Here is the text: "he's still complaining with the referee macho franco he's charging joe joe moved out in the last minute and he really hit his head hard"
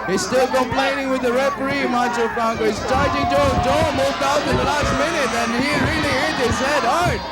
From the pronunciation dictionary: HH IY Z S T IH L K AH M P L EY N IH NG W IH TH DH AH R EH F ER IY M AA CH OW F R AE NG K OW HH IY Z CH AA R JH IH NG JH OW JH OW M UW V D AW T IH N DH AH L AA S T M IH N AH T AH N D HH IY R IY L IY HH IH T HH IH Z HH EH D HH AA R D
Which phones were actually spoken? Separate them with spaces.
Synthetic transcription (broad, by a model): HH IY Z S T IH L K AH M P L EY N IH NG W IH DH AH R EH P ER IY M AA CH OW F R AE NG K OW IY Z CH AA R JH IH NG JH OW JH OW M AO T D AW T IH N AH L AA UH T M IH N AH T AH N HH IY R IY L IY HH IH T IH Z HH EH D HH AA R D